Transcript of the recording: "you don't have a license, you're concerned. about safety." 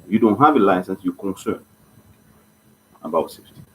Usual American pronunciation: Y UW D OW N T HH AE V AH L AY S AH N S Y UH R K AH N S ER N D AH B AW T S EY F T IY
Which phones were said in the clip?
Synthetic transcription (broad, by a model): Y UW D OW N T HH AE V AH L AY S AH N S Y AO K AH N S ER N AH B AW T S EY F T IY